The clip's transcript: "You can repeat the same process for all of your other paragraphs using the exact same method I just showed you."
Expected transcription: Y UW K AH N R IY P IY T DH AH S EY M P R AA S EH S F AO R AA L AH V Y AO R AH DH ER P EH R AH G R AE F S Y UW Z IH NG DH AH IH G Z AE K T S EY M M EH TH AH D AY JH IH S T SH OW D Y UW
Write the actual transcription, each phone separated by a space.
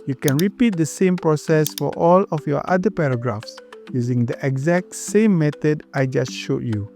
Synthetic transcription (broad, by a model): Y UW K AH N R IY P IY T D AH S EY M P R AA S EH S F AO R AA L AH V Y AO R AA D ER P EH R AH G R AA F S Y UW Z IH NG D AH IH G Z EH K T S EY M M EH T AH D AY JH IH S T SH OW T Y UW